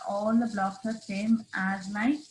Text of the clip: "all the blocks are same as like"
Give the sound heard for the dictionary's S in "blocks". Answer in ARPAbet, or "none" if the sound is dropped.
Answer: none